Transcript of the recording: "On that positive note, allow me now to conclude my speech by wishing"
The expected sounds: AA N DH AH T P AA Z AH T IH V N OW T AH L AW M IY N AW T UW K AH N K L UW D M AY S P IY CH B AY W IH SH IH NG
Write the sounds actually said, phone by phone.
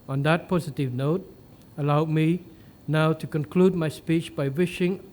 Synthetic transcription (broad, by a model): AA N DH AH T P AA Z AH T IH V N OW T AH L AW M IY N AW T UW K AH N K L UW D M AY S P IY CH B AY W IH SH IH NG